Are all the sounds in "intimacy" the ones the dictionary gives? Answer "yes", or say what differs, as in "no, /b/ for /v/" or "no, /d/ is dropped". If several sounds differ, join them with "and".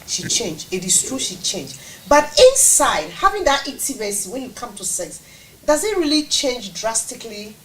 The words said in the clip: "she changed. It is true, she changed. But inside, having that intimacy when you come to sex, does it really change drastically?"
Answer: no, /n/ is dropped